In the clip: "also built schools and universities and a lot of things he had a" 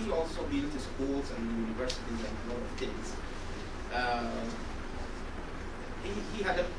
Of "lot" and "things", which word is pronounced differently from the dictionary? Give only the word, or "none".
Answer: things